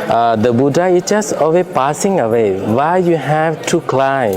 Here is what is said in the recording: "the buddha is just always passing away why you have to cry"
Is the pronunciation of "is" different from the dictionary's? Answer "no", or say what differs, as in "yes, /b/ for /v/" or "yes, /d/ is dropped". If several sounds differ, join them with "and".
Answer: yes, /s/ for /z/